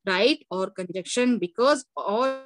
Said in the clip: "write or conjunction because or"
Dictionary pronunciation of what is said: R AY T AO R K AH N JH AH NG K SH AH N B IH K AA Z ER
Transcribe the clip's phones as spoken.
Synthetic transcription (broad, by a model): R AY T AO R K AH N JH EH K SH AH N B IH K AA Z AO